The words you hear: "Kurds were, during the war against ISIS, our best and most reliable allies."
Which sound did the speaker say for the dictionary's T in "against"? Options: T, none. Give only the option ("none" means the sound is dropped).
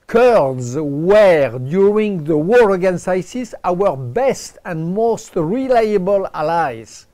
none